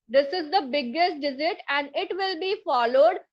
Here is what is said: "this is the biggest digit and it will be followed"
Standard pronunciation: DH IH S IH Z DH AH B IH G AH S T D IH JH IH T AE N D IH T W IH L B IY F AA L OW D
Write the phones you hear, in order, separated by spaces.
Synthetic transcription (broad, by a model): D IH S IH Z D AH B IH G AH S T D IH Z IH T AE N D IH T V IH L B IY F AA L OW D